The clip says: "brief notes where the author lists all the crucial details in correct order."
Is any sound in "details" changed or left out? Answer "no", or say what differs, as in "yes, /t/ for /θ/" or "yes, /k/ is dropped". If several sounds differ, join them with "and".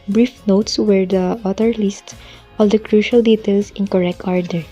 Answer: yes, /s/ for /z/